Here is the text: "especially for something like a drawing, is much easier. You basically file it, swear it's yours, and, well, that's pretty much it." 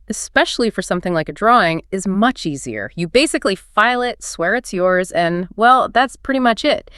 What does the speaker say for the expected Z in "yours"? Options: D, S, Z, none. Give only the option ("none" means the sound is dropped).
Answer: Z